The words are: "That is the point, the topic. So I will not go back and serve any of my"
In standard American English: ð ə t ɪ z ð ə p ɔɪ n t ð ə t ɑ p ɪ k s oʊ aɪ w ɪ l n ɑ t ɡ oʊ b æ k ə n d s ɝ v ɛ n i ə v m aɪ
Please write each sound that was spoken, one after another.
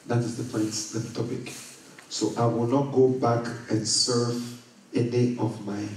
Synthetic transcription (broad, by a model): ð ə t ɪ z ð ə p ɔɪ n t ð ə t ɑ p ɪ k s oʊ aɪ w ɪ l n ɑ t ɡ oʊ b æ k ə n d s ɝ v ɛ n i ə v m aɪ